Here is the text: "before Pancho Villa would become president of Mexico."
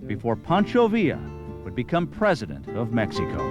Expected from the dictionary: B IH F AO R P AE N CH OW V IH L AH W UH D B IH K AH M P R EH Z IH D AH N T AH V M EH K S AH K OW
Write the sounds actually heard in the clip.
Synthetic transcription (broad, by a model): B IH F AO R P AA N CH OW V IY AH W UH D B IH K AH M P R EH Z IH D AH N T AH V M EH K S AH K OW